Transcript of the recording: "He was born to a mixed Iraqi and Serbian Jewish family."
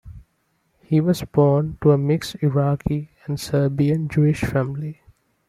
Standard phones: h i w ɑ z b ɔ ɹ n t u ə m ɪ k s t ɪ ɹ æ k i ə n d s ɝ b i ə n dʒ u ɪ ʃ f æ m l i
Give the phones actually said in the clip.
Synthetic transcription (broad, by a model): h i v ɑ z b ɔ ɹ n t u ə m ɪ k s ɪ ɹ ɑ k i ə n d s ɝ b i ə n dʒ u ɪ ʃ f æ m l i